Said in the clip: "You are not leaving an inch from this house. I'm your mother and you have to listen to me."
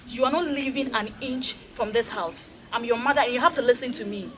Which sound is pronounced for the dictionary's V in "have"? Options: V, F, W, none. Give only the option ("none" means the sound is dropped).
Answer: F